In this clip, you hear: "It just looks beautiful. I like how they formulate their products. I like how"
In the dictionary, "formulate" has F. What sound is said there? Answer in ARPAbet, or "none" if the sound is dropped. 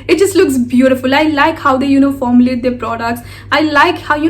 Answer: F